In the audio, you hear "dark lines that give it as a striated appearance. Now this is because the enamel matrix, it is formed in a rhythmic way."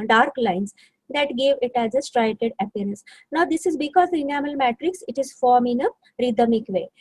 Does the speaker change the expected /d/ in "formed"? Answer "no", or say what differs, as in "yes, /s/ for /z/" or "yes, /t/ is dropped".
yes, /d/ is dropped